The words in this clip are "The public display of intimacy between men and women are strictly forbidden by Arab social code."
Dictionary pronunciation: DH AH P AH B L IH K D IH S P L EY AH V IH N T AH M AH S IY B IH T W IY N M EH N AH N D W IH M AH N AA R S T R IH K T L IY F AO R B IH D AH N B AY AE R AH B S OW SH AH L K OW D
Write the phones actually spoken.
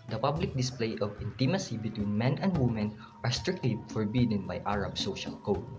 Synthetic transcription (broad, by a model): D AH P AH B L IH K D IH S P L EY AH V IH N T AH M AH S IY B IH T W IY N M EH N AH N D W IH M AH N AA R S T R IH K T L IY F AO R B IH D AH N B AY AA R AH B S OW SH AH L K OW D